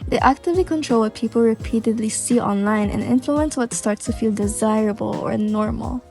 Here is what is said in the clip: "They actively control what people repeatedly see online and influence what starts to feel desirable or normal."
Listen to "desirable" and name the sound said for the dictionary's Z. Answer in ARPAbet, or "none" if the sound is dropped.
Z